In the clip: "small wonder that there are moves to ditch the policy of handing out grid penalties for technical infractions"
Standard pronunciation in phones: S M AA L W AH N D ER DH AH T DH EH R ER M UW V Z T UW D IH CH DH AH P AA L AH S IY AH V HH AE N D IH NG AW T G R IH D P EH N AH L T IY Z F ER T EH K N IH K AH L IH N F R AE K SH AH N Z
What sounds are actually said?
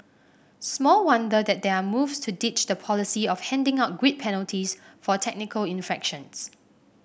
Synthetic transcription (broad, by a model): S M AA L W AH N D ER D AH T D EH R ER M UW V S T UW D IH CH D AH P AA L AH S IY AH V HH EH N D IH NG AW T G W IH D P EH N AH L T IY S F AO T EH K N IH K AH L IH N F EH K SH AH N S